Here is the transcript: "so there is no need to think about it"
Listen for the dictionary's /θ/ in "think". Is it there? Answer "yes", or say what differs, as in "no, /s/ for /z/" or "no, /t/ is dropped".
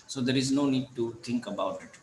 no, /t/ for /θ/